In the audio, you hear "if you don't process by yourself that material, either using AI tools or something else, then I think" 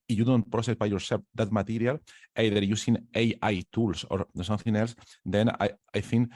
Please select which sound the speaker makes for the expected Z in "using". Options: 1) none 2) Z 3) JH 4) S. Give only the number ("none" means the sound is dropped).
4